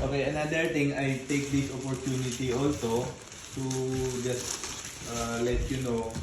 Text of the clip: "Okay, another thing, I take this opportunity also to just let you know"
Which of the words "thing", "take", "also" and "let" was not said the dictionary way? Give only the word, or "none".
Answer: thing